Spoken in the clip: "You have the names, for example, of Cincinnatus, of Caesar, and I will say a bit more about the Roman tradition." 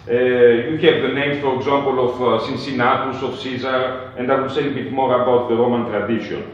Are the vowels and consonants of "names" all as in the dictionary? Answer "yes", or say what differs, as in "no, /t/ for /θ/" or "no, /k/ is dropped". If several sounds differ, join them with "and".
no, /z/ is dropped